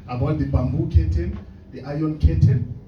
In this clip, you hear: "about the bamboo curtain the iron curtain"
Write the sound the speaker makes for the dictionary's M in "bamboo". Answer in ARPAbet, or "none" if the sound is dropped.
M